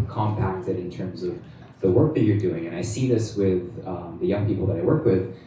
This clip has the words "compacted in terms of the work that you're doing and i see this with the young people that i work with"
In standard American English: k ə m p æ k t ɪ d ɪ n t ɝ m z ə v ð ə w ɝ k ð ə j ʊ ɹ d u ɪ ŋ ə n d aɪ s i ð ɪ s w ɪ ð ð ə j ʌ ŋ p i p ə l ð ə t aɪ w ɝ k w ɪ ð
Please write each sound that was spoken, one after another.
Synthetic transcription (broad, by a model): k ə m p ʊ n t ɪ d ɪ n t ɝ m z ə v ð ə w ɝ k ð ə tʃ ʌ ɹ d u ɪ ŋ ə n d aɪ s i ð ɪ s w ɪ ð ð ə j ʌ ŋ p i p l ð ə t aɪ w ɝ k w ɪ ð